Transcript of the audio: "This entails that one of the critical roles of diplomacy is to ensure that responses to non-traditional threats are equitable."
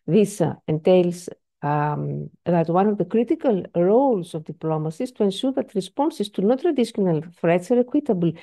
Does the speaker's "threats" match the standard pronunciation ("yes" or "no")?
no